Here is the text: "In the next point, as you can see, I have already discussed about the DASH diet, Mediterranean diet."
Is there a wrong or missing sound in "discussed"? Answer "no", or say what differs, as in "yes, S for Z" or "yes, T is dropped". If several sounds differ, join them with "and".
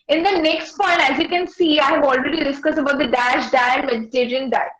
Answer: yes, T is dropped